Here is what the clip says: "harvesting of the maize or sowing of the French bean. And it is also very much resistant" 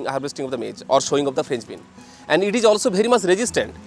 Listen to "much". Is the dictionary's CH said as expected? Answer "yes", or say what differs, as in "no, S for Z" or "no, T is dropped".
no, S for CH